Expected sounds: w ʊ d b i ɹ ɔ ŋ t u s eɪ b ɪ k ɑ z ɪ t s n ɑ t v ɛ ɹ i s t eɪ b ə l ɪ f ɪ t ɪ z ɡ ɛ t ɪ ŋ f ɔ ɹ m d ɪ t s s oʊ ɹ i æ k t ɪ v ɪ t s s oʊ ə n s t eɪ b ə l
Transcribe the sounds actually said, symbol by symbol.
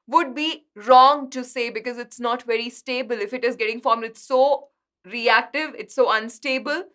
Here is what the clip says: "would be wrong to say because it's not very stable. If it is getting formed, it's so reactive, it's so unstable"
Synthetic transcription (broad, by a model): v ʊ d b i ɹ ɔ ŋ t u s eɪ b ɪ k ɑ z ɪ t s n ɑ t v ɛ ɹ i s t eɪ b ə l ɪ f ɪ t ɪ z ɡ ɛ t ɪ ŋ f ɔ ɹ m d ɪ t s s oʊ ɹ i æ k t ɪ v ɪ t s s oʊ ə n s t eɪ b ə l